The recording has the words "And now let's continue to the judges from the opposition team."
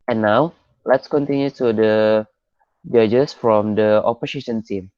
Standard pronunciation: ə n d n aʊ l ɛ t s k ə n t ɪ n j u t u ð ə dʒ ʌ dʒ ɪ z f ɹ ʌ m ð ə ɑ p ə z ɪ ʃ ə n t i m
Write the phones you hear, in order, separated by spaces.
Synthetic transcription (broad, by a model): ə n n aʊ l ɛ t s k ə n t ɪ n j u t u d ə dʒ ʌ dʒ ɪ s f ɹ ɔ m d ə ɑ p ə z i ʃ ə n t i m